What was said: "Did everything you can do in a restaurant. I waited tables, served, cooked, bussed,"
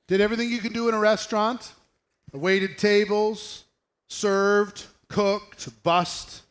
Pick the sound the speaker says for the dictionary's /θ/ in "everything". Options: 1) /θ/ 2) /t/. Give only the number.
1